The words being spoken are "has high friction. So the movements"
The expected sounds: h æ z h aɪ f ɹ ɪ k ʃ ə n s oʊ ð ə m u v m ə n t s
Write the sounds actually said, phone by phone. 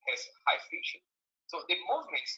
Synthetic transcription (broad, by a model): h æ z h aɪ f ɪ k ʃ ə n s oʊ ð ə m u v m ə n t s